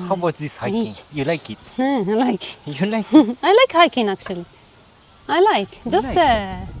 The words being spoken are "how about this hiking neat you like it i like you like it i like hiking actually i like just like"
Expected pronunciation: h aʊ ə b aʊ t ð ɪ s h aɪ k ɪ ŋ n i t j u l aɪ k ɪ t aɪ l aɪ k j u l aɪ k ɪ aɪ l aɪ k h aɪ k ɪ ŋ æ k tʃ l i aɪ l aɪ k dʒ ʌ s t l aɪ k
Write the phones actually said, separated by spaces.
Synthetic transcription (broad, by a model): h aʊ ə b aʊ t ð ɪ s h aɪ ɪ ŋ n j u l aɪ k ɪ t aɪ l aɪ k j u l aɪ ɪ aɪ l aɪ k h aɪ k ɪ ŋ æ k tʃ l i aɪ l aɪ k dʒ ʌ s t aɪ